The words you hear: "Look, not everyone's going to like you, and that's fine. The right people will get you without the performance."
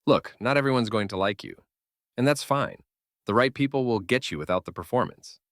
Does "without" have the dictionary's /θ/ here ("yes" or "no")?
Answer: yes